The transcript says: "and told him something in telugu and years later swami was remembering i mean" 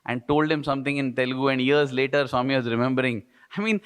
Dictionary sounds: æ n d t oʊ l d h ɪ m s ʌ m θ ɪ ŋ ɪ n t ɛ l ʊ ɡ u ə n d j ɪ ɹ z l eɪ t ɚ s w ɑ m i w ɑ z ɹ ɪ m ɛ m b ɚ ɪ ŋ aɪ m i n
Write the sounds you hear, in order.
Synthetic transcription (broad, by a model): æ n d t oʊ l d h ɪ m s ʌ m t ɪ ŋ ɪ n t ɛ l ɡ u ə n d j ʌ ɹ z l eɪ t ɚ s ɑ m i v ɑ z ɹ ɪ m ɛ m b ɚ ɪ ŋ aɪ m i n